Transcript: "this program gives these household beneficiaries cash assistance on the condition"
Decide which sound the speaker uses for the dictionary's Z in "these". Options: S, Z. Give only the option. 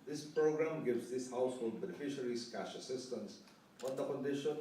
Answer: S